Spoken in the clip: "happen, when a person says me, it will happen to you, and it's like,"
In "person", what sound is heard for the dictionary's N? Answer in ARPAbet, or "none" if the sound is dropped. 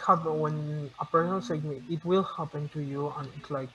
L